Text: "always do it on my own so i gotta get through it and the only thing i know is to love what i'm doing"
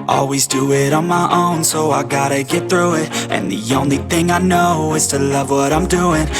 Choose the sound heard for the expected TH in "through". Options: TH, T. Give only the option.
TH